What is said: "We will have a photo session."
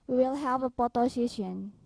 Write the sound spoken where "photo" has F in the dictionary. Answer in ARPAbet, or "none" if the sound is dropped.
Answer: P